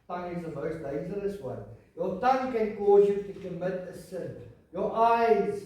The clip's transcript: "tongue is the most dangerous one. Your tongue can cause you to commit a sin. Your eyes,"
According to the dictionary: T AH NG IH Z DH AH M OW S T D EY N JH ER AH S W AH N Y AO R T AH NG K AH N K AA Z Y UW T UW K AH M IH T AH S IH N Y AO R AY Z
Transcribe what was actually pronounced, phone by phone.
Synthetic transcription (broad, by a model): T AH NG IH Z DH AH M OW S T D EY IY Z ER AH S W AH N Y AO T AH NG K AH N K AA Z Y UW T UW K AH M IH T AH S IH N Y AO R AY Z